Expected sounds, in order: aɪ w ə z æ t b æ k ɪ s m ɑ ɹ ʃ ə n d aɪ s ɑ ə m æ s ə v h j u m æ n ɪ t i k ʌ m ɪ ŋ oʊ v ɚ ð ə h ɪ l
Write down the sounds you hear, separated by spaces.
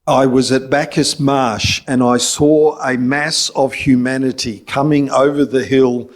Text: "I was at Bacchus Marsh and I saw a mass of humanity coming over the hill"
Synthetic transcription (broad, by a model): aɪ w ə z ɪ t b æ k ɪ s m ɑ ɹ ʃ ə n aɪ s ɑ ə m æ s ə v h j u m æ n ɪ t i k ʌ m ɪ ŋ oʊ v ɚ ð ə h ɪ l